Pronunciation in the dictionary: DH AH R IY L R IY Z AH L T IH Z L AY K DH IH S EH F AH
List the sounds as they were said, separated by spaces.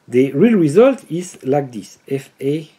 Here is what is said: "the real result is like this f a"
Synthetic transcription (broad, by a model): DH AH R IY L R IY Z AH L T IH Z L AY K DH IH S EH F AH